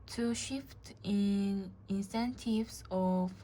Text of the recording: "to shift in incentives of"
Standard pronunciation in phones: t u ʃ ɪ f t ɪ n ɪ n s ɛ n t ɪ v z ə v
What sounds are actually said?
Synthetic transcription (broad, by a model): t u ʃ ɪ f t ɪ n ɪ n s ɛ n t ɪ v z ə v